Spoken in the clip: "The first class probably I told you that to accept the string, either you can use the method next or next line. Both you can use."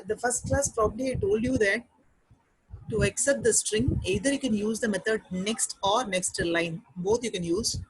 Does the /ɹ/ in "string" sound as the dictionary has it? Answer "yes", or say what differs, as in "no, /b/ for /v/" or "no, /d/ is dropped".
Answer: yes